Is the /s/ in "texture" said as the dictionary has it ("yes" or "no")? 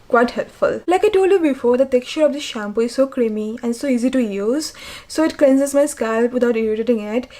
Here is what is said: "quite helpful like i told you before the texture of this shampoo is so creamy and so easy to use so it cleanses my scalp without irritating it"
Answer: no